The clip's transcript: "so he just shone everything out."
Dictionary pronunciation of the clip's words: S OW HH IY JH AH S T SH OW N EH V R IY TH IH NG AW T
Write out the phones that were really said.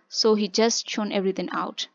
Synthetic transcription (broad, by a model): S OW HH IY JH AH S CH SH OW N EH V R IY T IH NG AW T